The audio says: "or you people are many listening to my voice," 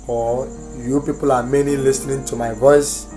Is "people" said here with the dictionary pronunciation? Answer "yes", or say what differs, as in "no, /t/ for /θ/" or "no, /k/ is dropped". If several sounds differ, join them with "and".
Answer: yes